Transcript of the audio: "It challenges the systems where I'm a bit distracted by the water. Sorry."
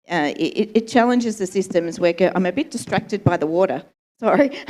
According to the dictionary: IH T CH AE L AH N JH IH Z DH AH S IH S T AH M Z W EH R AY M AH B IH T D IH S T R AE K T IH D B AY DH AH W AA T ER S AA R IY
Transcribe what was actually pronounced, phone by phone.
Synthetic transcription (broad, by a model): IH T CH AE L AH N JH IH Z DH AH S IH S T AH M Z W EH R AY M AH B IH T D IH S T R AE K T IH D B AY DH AH W AA T ER S AA R IY